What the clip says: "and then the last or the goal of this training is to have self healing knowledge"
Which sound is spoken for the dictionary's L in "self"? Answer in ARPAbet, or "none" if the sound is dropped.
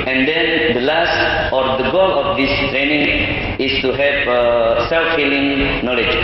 L